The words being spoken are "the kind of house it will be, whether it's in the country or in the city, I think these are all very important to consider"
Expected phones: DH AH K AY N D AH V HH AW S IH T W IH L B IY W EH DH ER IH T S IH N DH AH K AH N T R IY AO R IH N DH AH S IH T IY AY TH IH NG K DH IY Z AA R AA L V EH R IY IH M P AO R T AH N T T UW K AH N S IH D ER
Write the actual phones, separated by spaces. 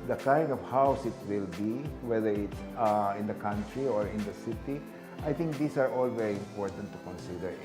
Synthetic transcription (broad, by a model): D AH K AY N D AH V HH AW S IH T W IH L B IY W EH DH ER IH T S IH N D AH K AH N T R IY AO R IH N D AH S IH T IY AY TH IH NG K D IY S AA R AA L V EH R IY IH M P AO R T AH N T T UW K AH N S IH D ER